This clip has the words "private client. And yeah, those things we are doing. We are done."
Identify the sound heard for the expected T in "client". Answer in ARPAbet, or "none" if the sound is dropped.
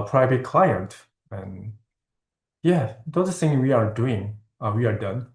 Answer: T